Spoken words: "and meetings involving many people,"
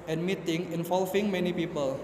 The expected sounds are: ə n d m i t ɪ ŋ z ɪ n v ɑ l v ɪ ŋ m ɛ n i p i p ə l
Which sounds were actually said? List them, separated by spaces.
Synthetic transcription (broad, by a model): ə n m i t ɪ ŋ ɪ n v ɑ l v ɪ ŋ m ɛ n i p i p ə l